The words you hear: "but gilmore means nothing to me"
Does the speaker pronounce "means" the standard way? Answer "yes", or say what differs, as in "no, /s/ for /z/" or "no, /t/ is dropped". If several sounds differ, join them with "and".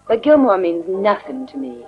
yes